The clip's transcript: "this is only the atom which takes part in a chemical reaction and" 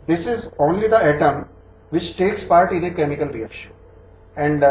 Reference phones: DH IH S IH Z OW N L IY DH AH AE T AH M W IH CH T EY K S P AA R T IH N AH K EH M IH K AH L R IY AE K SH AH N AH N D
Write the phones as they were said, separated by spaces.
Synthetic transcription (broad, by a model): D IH S IH Z OW N L IY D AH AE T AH M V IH CH T EY K S P AA R T IH N AH K EH M IH K AH L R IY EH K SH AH AH N D